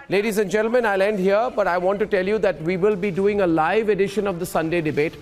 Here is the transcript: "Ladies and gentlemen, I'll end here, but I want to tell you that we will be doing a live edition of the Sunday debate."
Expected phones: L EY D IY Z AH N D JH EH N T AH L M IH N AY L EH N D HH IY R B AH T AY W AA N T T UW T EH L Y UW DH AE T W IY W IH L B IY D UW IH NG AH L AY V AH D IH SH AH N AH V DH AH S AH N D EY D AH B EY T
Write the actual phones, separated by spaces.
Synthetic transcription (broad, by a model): L EY D IY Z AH N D JH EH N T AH L M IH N AY L EH N D HH IY R B AH T AY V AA N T T UW T EH L Y UW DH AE T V IY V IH L B IY D UW IH NG AH L AY V AH D IH SH AH N AH V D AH S AH N D EY D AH B EY T